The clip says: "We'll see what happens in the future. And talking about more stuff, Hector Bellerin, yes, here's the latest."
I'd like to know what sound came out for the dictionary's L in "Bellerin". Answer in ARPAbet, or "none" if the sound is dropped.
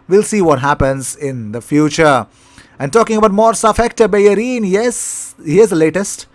none